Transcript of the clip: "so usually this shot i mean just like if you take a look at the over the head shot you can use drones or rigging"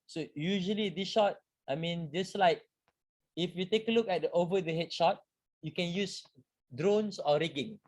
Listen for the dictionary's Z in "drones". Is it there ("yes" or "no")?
no